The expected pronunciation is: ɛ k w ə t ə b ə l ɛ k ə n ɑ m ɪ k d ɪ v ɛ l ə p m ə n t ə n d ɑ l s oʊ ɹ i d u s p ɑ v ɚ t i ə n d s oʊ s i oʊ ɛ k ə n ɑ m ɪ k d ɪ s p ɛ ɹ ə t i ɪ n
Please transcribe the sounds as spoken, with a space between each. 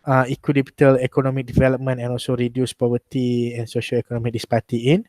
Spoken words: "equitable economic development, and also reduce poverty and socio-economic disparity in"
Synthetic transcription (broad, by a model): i k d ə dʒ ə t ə l ɛ k ə n ɑ m ɪ k d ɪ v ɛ l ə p m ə n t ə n ɑ l s oʊ ɹ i d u s p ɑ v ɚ t i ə n s oʊ ʃ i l ɛ k ə n ɑ m ɪ k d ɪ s p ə t i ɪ n